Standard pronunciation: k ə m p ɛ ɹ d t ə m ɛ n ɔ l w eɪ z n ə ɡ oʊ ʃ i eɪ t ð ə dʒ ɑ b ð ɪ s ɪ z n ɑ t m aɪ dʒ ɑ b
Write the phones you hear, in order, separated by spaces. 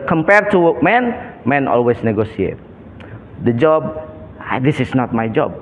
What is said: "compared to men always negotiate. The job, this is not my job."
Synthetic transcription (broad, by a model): k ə m p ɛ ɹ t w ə m ɛ n ɔ l w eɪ s n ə ɡ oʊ s i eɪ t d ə dʒ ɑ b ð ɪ s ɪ s n ɑ t m aɪ dʒ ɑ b